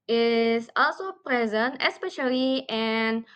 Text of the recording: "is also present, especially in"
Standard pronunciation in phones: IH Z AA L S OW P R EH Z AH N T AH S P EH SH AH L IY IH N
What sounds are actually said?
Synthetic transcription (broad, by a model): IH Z AA L S OW P R EH Z AH N T AH S P EH SH AH L IY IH N